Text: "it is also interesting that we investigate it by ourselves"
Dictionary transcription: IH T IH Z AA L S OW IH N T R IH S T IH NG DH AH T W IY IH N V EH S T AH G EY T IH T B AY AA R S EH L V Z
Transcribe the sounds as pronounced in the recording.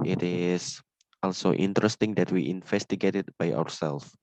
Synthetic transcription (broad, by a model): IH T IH S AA L S OW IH N T R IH S T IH NG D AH T W IY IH N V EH S T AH G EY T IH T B AY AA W S EH L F